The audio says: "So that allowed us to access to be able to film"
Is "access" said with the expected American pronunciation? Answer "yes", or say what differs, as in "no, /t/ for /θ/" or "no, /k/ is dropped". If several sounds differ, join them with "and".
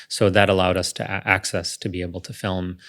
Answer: yes